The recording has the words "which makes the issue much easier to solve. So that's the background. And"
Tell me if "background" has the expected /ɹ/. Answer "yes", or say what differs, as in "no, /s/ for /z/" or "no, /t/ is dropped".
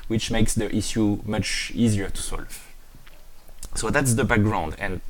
yes